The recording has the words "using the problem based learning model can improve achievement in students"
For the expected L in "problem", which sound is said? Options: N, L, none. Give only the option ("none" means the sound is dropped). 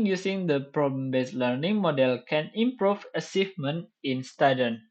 none